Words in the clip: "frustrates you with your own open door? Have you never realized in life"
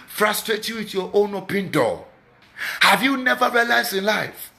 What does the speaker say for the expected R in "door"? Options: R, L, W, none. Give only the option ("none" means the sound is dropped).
L